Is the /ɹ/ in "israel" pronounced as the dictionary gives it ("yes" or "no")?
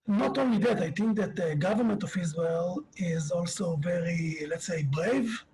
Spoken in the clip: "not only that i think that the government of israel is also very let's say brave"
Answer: no